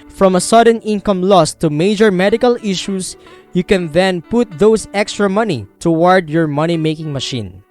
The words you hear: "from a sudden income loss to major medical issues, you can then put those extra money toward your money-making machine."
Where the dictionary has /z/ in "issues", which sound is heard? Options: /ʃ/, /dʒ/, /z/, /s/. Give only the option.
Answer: /s/